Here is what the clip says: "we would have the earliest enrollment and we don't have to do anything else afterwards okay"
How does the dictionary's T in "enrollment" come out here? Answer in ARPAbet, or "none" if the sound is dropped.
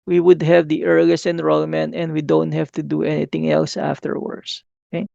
none